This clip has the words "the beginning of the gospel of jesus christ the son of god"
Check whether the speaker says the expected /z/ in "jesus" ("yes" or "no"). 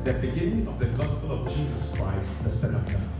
yes